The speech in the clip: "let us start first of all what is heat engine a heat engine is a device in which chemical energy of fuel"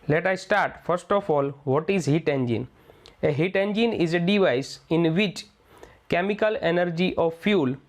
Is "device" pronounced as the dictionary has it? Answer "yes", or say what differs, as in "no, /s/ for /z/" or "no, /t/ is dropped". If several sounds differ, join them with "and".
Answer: yes